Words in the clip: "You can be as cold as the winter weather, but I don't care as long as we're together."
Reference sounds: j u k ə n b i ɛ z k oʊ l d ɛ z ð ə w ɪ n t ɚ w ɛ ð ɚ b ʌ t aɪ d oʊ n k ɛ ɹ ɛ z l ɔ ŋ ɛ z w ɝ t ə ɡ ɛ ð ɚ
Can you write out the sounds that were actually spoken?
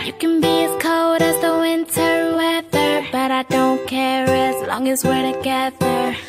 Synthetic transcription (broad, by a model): j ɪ k ə n b i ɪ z k oʊ d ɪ z ð ə w ɪ n t ɚ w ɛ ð ɚ b ʌ t aɪ d oʊ n k ɛ ɹ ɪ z l ɔ ŋ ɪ z w ɝ t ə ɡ ɛ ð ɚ